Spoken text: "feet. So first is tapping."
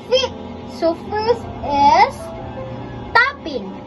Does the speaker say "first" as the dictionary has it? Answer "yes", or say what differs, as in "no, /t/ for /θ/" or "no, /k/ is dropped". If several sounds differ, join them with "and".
no, /t/ is dropped